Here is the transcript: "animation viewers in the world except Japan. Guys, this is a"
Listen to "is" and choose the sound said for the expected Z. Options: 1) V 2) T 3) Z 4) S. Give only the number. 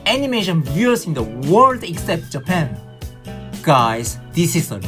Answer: 4